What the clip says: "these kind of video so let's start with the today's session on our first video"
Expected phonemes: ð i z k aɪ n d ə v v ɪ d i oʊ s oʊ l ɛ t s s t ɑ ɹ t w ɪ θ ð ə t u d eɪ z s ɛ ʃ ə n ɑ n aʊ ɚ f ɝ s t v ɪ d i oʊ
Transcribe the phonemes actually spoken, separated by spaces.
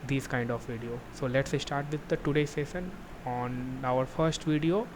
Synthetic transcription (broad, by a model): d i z k aɪ n d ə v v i d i oʊ s oʊ l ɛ t s s t ɑ ɹ t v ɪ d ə t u d eɪ s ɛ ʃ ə n ɑ n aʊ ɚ f ɝ s t v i d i oʊ